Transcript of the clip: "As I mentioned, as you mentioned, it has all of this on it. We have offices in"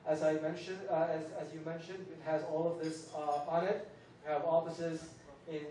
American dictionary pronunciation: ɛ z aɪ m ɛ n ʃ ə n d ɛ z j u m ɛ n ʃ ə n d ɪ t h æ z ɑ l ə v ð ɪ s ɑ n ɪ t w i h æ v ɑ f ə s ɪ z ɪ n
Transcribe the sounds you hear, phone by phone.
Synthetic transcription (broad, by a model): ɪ z aɪ m ɛ n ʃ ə n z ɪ z j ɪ m ɛ n ʃ ə n d ɪ t h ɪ z ɑ l ə v ð ɪ s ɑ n ɪ t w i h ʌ v ɑ f ə s ɪ z ɪ n